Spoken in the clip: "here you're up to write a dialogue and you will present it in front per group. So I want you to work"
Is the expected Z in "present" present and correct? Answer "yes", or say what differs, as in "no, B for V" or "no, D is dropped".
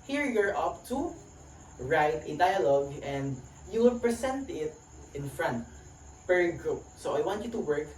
no, S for Z